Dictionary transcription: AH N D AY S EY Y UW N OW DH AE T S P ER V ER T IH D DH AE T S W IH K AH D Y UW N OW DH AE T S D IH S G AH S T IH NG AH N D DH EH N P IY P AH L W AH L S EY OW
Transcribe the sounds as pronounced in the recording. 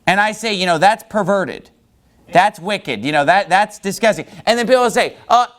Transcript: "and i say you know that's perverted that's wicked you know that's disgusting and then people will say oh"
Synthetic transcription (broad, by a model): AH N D AY S EY Y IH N OW DH AE T S P ER V ER T IH D DH AE T S W IH K AH D Y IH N OW DH AE T S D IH S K AH S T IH NG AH N DH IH N P IY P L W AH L S EY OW